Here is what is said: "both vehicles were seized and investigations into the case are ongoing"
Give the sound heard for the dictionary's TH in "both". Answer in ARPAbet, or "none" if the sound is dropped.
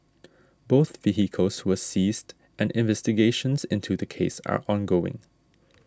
TH